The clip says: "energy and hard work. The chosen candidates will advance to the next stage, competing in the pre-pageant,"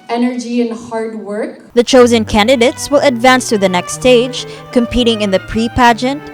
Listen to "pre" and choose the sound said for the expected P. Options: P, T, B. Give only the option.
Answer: P